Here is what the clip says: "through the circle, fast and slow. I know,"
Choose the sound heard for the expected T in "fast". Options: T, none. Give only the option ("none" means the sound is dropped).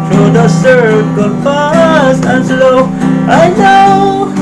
none